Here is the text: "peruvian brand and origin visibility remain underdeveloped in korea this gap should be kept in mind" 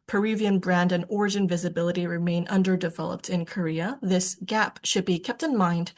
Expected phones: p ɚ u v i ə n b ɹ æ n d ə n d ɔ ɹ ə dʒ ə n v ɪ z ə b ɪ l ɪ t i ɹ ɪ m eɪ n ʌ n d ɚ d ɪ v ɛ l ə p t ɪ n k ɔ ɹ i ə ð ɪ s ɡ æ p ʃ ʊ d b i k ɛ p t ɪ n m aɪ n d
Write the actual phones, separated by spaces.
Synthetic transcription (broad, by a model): p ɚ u v i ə n b ɹ æ n d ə n ɔ ɹ ə dʒ ə n v ɪ z ə b ɪ l ɪ t i ɹ ɪ m eɪ n ʌ n d ɚ d ɪ v ɛ l ə p t ɪ n k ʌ ɹ i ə ð ɪ s ɡ æ p ʃ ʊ d b i k ɛ p t ɪ n m aɪ n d